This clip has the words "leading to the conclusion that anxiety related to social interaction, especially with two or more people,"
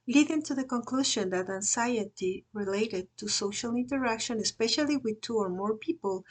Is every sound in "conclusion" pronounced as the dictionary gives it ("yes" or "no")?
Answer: no